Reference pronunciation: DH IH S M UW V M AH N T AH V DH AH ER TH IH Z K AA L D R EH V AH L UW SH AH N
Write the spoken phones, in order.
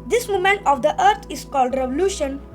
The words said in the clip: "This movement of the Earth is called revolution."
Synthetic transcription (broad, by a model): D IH S M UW M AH N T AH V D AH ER T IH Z K AA L D R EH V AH L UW SH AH N